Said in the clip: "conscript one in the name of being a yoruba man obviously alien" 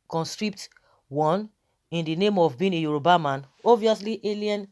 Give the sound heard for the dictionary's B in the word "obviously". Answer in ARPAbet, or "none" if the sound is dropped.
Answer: none